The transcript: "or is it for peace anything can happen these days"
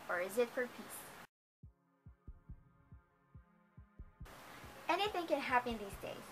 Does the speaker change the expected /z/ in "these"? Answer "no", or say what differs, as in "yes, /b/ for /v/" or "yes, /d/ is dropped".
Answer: no